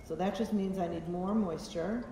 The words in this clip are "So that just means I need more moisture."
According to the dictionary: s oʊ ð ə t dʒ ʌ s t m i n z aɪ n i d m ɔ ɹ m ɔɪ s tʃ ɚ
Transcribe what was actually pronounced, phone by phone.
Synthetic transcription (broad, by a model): s oʊ ð ə t dʒ ʌ s t m i n z aɪ n i d m ɔ ɹ m ɔɪ s tʃ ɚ